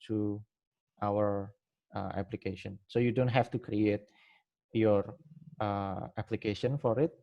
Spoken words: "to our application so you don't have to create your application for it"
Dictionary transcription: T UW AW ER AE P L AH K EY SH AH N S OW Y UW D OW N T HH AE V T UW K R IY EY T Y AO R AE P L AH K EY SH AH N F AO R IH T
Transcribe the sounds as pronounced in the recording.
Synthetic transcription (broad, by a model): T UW AW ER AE P L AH K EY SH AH N S OW Y UW D OW N T HH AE F T UW K R IY EY T Y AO R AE P L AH K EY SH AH N F AO R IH T